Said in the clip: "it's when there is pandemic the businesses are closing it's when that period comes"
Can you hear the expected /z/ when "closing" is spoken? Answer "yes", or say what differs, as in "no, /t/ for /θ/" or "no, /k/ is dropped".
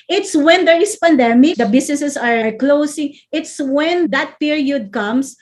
no, /s/ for /z/